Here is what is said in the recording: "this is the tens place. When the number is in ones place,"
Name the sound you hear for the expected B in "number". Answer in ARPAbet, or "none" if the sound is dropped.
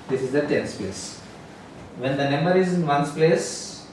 none